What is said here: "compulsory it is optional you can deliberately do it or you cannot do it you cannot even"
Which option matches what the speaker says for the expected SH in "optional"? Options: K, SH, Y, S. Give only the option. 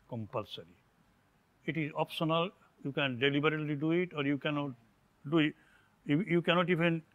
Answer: S